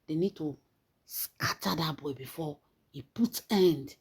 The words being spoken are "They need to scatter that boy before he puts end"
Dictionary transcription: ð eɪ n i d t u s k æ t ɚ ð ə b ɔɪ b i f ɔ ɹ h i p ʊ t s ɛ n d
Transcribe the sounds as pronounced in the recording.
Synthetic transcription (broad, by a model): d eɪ n i d t u s k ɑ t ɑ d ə b ɔɪ b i f ɔ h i p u t ɛ n d